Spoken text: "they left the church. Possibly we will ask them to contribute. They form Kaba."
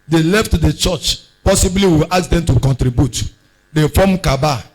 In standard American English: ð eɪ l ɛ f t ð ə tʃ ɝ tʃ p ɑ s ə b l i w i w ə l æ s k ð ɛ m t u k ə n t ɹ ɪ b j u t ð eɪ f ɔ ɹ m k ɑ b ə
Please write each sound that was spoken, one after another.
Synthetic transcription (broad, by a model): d eɪ l ɛ f t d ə tʃ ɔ tʃ p ɑ s ə b l i w i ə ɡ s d ɛ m t u k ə n t ɹ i b j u t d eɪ f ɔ m k ɑ b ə